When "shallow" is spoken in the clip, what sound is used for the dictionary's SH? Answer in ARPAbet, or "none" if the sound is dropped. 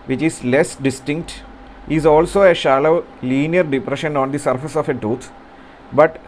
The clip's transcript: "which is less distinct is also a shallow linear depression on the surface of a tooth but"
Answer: SH